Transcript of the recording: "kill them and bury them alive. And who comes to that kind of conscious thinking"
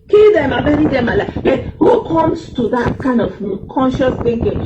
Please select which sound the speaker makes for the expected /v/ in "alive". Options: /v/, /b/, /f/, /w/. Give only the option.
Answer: /b/